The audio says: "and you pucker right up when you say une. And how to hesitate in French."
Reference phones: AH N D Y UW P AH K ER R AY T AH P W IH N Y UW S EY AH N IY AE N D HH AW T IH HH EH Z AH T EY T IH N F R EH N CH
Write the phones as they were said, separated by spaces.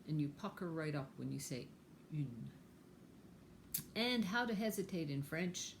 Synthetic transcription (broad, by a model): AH N Y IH P AH K ER R AY T AH P W IH N Y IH S EY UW N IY N HH AW T IH HH EH Z AH T EY T IH N F R EH N CH